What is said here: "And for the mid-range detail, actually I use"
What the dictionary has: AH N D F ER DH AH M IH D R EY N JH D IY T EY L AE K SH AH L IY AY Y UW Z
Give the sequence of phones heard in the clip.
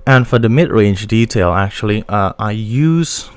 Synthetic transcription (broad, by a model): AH N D F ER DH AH M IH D R EY N JH D IY T EY L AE K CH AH L IY AY Y UW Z